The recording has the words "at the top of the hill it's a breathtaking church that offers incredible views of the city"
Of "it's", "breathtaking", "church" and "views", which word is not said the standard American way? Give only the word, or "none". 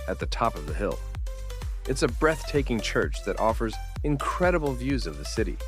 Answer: none